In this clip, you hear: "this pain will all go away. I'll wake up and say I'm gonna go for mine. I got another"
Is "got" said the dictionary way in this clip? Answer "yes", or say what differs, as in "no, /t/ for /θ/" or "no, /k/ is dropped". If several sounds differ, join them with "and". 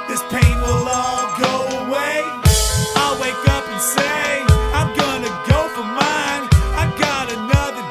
yes